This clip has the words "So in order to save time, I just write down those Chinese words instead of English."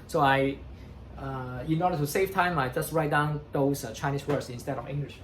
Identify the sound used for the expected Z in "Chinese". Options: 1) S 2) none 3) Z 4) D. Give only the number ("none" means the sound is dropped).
1